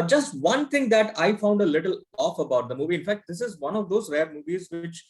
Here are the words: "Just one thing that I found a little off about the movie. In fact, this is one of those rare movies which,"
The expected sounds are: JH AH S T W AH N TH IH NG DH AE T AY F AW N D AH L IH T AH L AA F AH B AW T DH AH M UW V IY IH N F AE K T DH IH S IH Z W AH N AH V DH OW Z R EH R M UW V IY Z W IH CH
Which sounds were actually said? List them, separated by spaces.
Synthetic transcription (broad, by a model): JH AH S T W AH N T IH NG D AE T AY F AW N D AH L IH T AH L AA F AH B AW T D AH M UW V IY IH N F AE K T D IH S IH Z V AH N AH V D OW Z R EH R M UW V IY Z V IH CH